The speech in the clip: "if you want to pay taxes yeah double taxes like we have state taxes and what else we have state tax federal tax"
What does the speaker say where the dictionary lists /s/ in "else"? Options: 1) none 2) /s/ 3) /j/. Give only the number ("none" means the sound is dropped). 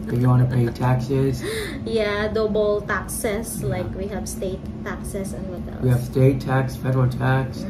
1